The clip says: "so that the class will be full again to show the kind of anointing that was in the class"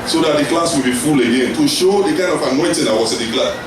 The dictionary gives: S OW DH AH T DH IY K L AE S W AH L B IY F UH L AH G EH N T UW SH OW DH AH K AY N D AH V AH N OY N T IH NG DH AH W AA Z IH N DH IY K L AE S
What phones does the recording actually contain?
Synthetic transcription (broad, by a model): S OW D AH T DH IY K L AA S W AH L B IY F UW L AH G EH N T UW SH OW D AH K AY N D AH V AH N OY N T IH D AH W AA S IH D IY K L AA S